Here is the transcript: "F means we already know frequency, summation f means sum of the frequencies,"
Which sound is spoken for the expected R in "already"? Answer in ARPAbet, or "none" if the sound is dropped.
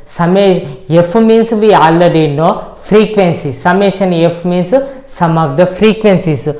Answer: none